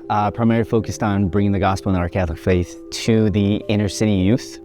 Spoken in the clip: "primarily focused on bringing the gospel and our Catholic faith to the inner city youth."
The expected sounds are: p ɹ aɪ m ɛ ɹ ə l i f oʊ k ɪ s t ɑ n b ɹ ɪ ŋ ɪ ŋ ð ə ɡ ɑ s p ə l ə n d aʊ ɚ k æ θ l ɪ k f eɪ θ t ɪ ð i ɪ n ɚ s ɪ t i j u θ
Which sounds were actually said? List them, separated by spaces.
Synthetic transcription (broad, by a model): p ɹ aɪ m ɛ ɹ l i f oʊ k ɪ s t n b ɹ ɪ ŋ ɪ ŋ ð ə ɡ ɑ s p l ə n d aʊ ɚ k æ θ l ɪ k f eɪ θ t ɪ ð i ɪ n ɚ s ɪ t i j u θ